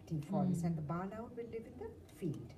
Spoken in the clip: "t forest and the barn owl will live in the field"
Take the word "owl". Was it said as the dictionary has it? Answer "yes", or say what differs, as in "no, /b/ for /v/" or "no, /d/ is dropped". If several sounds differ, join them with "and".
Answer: no, /n/ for /l/